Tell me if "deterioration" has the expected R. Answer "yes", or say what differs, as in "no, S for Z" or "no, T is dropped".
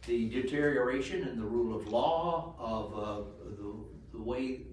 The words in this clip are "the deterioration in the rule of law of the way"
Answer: yes